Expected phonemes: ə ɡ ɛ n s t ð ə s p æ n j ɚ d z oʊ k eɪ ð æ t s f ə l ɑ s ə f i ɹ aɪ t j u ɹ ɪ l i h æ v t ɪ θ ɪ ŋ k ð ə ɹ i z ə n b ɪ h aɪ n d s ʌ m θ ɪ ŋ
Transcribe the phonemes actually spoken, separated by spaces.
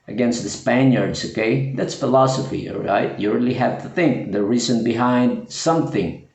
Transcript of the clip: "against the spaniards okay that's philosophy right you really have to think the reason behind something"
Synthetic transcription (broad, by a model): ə ɡ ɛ n s t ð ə s p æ n j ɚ d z oʊ k eɪ ð æ t s f ə l ɑ s ə f i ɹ aɪ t j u ɹ ɪ l i h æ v t ɪ θ ɪ ŋ k ð ə ɹ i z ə n b ɪ h aɪ n d s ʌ m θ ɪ ŋ